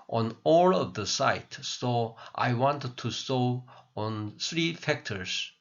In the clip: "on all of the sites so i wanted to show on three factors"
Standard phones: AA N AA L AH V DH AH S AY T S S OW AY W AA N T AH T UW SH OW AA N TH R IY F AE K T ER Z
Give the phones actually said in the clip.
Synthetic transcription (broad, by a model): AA N AA L AH V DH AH S AY T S S OW AY W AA N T T UW S OW AA N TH R IY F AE K T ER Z